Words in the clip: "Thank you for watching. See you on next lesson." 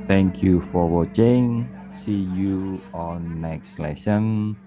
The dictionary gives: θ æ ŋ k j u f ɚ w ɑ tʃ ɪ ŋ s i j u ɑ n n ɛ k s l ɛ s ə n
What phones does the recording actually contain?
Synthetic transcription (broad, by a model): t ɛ ŋ k j u f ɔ w ɑ tʃ ɪ ŋ s i j u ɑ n n ɛ k s l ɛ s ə n